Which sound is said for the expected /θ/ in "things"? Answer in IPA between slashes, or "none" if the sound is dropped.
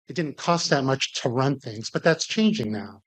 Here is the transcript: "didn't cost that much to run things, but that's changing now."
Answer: /θ/